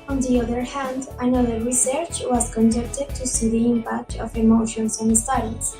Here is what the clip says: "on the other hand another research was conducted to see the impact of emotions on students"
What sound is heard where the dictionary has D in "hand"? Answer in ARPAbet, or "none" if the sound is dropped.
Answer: D